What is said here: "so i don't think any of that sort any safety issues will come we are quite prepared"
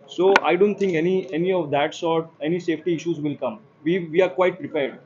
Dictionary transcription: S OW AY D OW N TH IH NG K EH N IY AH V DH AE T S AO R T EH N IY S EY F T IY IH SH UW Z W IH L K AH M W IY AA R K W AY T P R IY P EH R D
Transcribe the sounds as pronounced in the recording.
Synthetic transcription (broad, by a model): S OW AY D OW N T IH NG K EH N IY AH V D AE T S AO R T EH N IY S EY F T IY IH SH UW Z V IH L K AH M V IY AA R K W AY T P R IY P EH R D